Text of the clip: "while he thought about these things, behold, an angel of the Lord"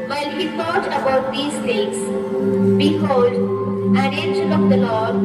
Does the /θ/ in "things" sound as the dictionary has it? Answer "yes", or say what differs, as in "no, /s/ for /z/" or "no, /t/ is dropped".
no, /f/ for /θ/